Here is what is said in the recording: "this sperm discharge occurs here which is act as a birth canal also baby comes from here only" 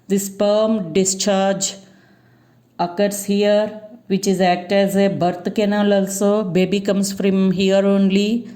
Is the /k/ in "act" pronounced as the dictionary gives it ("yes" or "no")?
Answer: yes